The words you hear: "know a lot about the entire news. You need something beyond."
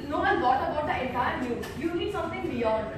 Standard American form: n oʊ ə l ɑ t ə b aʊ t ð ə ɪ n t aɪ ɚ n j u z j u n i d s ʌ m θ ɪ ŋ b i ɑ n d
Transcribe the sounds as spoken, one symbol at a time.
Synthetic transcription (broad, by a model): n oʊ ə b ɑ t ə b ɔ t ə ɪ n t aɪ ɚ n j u j u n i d s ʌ m t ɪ ŋ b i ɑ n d